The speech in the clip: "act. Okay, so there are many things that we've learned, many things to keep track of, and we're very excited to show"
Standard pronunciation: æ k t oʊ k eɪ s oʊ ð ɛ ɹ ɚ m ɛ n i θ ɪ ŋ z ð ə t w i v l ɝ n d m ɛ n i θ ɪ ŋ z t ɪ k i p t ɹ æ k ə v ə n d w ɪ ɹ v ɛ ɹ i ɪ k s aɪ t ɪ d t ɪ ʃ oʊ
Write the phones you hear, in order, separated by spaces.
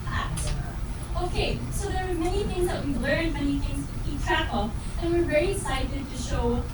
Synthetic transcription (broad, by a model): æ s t oʊ k eɪ s oʊ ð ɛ ɹ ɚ m ɛ n i θ ɪ ŋ z ð ə t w i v l ɝ n d m ɛ n i θ ɪ ŋ z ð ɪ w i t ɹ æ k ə f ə n w ɪ ɹ v ɛ ɹ i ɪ s aɪ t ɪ d t ɪ ʃ oʊ